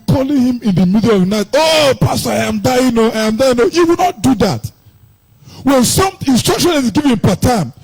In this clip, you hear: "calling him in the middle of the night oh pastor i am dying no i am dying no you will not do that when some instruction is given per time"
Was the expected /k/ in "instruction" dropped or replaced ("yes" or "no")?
no